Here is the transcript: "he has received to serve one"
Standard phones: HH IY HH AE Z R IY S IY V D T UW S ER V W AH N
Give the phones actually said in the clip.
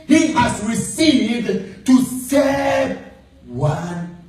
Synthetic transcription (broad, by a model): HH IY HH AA S R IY S IY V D T UW S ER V W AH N